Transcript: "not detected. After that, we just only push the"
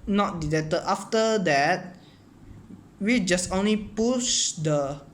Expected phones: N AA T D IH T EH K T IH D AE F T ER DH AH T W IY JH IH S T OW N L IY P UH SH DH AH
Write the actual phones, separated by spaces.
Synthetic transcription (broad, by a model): N AA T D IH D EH T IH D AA F T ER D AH T W IY JH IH S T OW N L IY P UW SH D AH